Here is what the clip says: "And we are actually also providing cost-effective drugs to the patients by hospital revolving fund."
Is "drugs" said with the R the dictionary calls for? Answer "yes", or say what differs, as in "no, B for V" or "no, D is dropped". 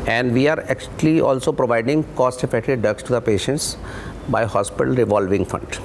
no, R is dropped